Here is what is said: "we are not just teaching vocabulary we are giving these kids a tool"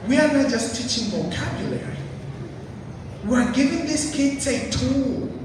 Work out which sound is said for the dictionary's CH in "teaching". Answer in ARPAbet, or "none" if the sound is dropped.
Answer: CH